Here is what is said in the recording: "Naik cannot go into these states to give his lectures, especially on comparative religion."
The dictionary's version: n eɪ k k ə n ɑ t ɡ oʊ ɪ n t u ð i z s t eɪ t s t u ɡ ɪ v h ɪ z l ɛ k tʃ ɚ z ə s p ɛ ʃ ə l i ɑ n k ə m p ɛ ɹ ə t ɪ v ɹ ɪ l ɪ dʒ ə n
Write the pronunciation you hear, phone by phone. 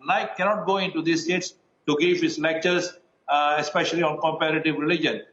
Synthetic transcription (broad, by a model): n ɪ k k ə n ɑ t ɡ oʊ ɪ n t u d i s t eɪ t s t u ɡ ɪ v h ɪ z l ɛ k tʃ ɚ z ə s p ɛ ʃ ə l i ɑ n k ə m p ɛ ɹ ə t ɪ v ɹ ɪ l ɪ dʒ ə n